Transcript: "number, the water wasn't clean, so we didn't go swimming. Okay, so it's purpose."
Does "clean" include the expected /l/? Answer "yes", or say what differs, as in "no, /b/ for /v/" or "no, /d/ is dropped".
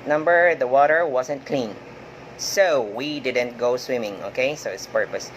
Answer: yes